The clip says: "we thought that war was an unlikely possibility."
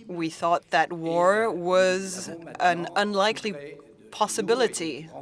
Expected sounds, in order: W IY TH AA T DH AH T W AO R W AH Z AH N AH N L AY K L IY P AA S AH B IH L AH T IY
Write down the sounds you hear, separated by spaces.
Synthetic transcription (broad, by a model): W IY TH AA T DH AH T W AO R W AH Z AH N AH N L AY K L IY P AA S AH B IH L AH T IY